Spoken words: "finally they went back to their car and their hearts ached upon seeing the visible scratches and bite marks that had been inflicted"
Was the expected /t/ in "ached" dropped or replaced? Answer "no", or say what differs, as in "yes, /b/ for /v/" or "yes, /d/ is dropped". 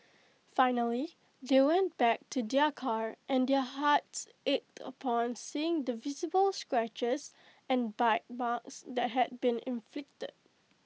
no